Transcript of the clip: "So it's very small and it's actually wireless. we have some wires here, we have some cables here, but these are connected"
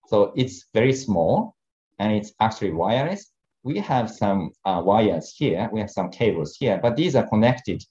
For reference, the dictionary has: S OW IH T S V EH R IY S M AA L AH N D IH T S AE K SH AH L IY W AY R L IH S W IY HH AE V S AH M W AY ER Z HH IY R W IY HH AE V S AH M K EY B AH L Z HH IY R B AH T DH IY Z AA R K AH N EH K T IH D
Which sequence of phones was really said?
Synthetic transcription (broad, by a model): S OW IH T S V EH R IY S M AA L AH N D IH T S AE K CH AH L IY W AY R IH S W IY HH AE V S AH M W AY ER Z HH IY R W IY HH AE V S AH M K EY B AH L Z HH IY R B AH T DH IY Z AA R K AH N EH K T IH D